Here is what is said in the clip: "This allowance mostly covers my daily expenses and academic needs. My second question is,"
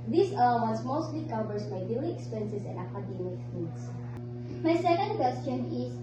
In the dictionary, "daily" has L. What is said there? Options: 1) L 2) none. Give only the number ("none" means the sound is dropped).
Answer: 2